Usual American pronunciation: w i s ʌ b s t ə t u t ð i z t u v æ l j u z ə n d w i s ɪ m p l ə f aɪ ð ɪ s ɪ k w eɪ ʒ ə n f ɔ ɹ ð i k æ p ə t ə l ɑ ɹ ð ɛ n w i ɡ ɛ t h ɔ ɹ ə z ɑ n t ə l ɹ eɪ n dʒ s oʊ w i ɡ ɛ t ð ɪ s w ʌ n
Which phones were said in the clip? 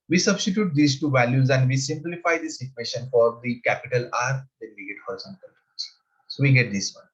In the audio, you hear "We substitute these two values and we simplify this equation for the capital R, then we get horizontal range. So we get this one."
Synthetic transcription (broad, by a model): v i s ʌ b s t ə t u t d i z t u v æ l j u z ə n d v i s ɪ m p l ə f aɪ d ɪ s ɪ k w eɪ ʃ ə n f ɔ ɹ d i k æ p ə t ə l ɑ ɹ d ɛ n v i ɡ ɛ t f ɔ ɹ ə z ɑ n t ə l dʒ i s oʊ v i ɡ ɛ t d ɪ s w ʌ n